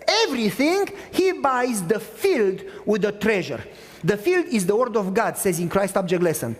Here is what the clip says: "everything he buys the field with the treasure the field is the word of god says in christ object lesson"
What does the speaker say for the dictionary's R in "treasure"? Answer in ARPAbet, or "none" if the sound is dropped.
R